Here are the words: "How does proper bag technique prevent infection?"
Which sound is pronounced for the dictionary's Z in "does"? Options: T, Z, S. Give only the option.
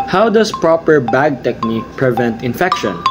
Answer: S